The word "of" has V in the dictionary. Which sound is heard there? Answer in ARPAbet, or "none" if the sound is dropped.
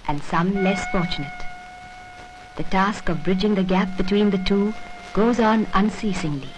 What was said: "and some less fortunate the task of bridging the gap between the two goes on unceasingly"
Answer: V